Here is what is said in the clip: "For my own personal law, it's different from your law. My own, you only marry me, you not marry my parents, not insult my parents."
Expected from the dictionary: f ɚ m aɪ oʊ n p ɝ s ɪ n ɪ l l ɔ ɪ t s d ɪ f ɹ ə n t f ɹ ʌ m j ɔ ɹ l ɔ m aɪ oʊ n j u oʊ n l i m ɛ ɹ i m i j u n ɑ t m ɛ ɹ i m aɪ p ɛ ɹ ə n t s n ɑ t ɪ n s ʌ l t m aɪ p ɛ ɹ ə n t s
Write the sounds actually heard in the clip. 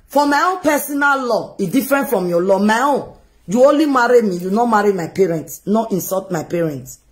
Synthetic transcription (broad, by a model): f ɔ m aɪ oʊ n p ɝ s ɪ n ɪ l l ɔ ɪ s d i f ɹ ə n t f ɹ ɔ m j ɔ l ɔ m aɪ oʊ n j u oʊ n l i m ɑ ɹ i m i j u n ɑ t m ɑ ɹ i m aɪ p ɛ ɹ ə n t s n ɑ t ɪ n s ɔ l t m aɪ p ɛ ɹ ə n t s